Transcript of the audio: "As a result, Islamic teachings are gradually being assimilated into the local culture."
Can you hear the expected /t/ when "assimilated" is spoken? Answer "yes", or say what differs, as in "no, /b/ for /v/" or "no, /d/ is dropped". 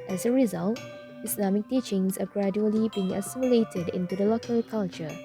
yes